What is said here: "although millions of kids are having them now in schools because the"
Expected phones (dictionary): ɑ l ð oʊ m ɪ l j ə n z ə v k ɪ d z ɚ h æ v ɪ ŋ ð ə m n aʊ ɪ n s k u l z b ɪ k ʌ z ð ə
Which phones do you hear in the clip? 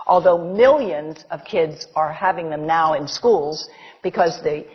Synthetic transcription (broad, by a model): ɑ l ð oʊ m ɪ l j ə n z ə v k ɪ d z ɚ h æ v ɪ ŋ ð ə m n aʊ ɪ n s k u l z b ɪ k ʌ z ð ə